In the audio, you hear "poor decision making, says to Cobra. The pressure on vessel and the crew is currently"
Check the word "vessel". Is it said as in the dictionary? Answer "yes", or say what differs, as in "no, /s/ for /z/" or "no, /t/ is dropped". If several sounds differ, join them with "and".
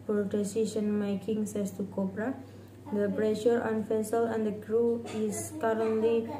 no, /f/ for /v/